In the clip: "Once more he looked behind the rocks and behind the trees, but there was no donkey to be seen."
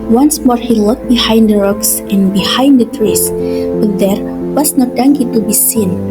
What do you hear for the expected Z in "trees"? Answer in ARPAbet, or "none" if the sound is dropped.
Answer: S